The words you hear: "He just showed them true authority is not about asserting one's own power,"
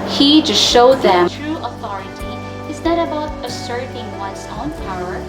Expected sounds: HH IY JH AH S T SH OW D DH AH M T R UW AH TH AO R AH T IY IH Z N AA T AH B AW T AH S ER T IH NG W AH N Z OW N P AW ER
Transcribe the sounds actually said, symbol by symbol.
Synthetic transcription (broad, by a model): HH IY JH AH S T SH OW D DH AH M T R UW AH TH AO R AH T IY IH Z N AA T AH B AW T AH S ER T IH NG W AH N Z OW N P AW ER